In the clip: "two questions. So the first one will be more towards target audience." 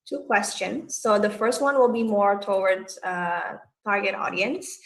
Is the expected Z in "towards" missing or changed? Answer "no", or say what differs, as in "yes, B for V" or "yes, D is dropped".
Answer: yes, Z is dropped